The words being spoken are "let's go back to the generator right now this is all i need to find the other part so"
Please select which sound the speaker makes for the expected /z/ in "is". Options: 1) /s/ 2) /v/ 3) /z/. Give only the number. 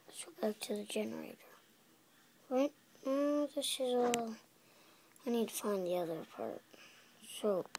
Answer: 3